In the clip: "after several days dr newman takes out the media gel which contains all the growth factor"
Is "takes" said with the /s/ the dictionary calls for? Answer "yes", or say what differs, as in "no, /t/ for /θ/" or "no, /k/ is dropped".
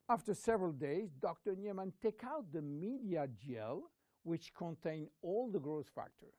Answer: no, /s/ is dropped